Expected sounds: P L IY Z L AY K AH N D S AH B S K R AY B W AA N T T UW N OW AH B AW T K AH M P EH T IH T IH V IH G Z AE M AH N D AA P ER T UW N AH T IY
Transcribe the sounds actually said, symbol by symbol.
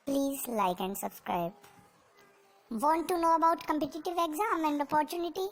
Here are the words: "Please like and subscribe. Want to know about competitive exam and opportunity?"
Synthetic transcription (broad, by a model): P L IY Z L AY K AH N D S AH B S K R AY B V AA N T T UW N OW AH B AW T K AH M P EH T IH T IH V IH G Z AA M AH N D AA P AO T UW N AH T IY